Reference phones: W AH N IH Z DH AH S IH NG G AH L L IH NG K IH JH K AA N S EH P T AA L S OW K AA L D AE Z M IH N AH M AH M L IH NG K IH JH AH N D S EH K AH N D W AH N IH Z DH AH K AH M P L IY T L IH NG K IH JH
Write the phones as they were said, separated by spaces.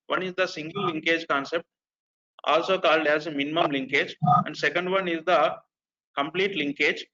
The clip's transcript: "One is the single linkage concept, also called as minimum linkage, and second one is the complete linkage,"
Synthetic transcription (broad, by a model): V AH N IH Z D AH S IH NG G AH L L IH NG K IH JH K AA N S EH P T AA L S OW K AA L D AE Z M IH N AH M AH M L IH NG K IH JH AH N D S EH K AH N D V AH N IH Z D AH K AH M P L IY T L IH NG K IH JH